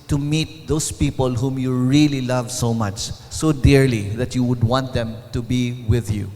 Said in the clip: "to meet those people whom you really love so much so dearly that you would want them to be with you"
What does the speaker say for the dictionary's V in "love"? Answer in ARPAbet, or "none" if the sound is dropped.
V